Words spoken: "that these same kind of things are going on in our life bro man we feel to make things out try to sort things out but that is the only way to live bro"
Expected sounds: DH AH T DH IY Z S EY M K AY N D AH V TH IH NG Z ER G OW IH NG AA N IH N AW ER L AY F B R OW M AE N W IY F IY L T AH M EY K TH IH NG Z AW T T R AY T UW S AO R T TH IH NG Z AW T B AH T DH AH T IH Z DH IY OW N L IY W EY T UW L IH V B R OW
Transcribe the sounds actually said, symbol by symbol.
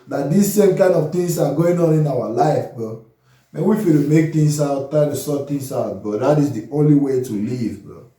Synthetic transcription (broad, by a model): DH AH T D IY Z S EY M K AY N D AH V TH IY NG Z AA G OW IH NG AA N IH N AW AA L AY F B OW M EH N W IY F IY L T M EY K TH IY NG S AW T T AY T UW S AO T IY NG S AW T B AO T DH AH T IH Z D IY OW N L IY W EY T UW L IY V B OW